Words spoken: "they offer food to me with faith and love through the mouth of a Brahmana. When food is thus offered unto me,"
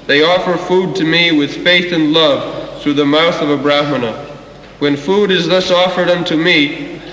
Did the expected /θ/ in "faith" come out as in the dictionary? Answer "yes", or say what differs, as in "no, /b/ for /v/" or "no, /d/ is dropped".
yes